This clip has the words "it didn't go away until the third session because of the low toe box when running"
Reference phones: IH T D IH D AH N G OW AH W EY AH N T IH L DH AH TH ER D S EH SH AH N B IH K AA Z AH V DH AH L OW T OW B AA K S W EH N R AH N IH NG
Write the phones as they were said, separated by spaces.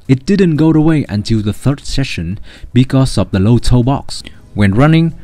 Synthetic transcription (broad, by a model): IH T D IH D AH N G OW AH W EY AH N T IH L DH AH TH ER D S EH SH AH N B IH K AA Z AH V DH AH L OW T OW B AA K S W EH N R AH N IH NG